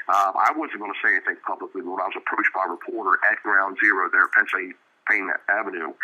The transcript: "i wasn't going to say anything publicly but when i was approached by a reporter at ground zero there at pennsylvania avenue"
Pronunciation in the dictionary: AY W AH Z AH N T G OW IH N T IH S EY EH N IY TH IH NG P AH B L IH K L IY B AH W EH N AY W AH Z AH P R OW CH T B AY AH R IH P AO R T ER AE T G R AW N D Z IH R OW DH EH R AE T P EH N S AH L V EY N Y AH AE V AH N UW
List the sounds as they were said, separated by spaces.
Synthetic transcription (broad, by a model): AY W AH Z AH N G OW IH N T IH S EY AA IY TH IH NG P AH B L IH K L IY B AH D AY W AH Z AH P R OW CH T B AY AH R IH P AO R T ER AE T G R AW N D Z IH R OW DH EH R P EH N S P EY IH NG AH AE V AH N UW